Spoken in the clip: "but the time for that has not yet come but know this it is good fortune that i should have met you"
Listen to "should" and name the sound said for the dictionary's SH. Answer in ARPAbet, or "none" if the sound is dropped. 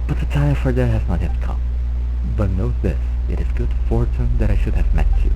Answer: SH